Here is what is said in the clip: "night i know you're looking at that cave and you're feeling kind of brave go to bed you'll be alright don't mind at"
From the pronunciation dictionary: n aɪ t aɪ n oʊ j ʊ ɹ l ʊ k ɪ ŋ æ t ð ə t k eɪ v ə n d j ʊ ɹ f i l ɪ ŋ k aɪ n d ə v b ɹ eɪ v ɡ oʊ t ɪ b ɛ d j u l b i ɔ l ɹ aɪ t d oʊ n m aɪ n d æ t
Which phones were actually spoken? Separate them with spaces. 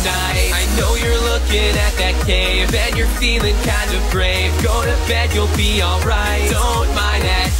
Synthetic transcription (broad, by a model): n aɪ aɪ n oʊ j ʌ ɹ l ʊ k ɪ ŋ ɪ t ð ə t k eɪ v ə n j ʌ ɹ f i l ɪ ŋ k aɪ n d ə v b ɹ eɪ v ɡ oʊ t ɪ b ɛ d j u l b i ɔ l ɹ aɪ t d oʊ n m aɪ n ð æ t